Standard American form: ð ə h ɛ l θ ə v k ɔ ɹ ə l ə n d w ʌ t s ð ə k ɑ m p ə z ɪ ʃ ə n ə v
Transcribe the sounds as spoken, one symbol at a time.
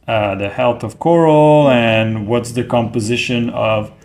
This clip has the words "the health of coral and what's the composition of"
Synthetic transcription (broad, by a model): ð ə h ɛ l θ ə v k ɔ ɹ l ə n w ʌ t s ð ə k ɑ m p ə z ɪ ʃ ə n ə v